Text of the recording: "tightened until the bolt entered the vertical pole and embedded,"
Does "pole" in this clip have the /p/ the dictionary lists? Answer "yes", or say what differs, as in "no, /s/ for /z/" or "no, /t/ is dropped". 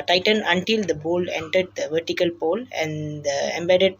yes